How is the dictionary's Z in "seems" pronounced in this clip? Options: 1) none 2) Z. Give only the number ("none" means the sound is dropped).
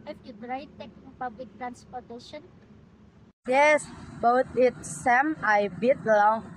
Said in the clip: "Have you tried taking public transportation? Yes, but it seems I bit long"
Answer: 1